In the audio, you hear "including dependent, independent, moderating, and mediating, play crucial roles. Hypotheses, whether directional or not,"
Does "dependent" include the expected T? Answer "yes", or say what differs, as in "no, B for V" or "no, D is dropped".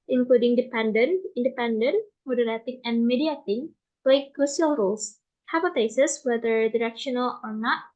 no, T is dropped